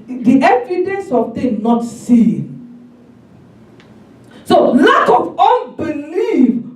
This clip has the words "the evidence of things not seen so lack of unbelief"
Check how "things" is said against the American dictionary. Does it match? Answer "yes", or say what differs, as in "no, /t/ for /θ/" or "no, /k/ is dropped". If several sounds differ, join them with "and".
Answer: no, /t/ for /θ/ and /z/ is dropped